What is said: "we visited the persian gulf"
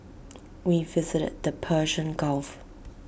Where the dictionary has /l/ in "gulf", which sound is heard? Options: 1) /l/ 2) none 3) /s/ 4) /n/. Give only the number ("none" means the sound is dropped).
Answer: 1